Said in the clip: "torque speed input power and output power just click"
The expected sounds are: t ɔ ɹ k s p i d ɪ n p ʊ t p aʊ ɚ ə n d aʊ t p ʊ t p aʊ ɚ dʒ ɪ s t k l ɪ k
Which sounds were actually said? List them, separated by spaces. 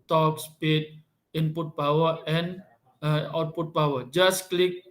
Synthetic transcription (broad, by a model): t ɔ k s p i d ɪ n p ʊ t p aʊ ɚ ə n aʊ t p ʊ t b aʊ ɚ dʒ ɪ s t k l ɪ k